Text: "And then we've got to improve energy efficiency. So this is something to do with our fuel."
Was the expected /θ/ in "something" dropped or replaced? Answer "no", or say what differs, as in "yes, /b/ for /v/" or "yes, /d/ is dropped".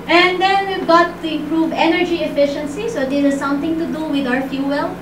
yes, /t/ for /θ/